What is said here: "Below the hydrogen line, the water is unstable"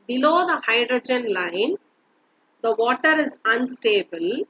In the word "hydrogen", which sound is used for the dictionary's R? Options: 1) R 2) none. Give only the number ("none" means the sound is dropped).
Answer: 1